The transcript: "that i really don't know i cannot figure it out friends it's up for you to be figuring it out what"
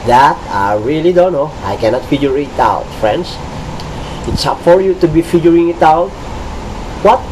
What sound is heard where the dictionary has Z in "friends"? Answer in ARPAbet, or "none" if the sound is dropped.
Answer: S